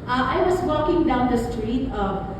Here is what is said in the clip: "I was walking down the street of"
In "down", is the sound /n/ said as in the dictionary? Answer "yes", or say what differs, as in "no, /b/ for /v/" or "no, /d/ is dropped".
yes